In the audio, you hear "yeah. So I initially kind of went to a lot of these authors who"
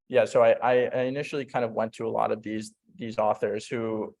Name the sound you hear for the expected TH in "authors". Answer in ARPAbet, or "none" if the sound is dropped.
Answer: TH